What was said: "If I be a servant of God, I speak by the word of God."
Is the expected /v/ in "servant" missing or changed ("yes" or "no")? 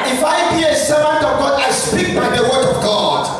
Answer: yes